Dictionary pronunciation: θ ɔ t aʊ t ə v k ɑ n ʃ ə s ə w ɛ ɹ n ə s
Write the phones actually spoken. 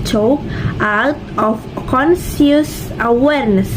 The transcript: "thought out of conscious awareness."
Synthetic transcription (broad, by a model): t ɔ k aʊ t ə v k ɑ n s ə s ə w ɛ ɹ n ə s